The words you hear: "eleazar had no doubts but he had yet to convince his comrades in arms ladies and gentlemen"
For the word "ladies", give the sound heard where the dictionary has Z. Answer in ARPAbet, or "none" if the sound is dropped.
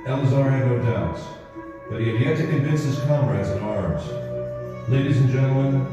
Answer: Z